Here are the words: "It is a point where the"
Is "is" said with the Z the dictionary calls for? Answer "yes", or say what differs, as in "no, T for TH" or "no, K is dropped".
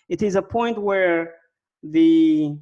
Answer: yes